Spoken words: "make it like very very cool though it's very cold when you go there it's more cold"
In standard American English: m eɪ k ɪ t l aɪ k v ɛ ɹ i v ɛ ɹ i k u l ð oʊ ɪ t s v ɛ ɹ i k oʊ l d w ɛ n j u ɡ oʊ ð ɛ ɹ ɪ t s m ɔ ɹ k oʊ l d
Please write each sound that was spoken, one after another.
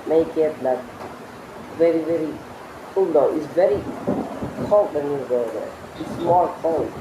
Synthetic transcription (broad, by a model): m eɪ k ɪ t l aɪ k v ɛ ɹ i v ɛ ɹ i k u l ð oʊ ɪ t s v ɛ ɹ i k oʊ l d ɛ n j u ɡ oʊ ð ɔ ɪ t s m ɔ l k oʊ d